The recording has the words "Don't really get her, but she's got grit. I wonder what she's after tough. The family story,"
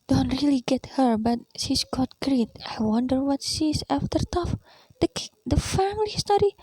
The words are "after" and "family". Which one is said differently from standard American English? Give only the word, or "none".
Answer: none